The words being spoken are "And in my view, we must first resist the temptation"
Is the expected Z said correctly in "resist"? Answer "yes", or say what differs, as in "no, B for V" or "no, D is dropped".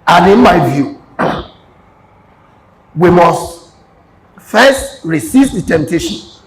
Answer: no, S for Z